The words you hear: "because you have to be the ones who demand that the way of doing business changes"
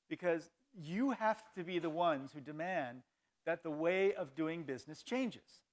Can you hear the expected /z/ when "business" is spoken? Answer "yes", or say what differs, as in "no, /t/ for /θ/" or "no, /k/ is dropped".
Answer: yes